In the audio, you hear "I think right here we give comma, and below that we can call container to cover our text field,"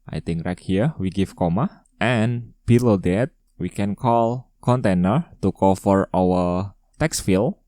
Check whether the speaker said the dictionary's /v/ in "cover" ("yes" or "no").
no